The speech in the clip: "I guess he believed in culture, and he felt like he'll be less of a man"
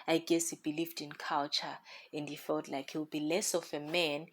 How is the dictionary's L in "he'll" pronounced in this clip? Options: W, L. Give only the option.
W